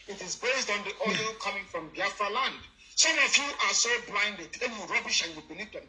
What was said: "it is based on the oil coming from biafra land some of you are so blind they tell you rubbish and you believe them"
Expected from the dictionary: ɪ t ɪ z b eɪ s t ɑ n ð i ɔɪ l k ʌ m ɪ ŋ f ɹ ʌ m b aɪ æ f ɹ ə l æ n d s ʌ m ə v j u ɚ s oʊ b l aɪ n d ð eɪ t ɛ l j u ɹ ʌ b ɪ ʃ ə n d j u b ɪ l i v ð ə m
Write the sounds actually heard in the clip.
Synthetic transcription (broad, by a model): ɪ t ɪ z b eɪ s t ɑ n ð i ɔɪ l k ʌ m ɪ ŋ f ɹ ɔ m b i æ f ɹ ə l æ n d s ʌ m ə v j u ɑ s oʊ b l aɪ n d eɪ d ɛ n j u ɹ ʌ b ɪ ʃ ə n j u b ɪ n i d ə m